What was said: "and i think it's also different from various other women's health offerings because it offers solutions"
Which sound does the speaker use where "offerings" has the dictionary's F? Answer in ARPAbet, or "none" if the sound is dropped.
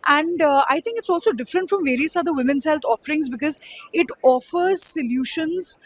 F